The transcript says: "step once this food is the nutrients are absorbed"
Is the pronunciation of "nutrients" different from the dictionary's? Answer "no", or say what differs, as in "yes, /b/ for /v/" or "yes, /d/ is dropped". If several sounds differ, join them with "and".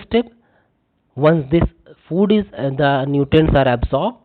yes, /ɹ/ is dropped